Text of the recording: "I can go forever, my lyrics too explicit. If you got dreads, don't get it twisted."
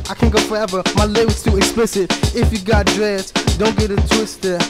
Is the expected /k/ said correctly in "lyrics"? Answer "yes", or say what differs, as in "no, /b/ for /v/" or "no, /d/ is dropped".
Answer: no, /k/ is dropped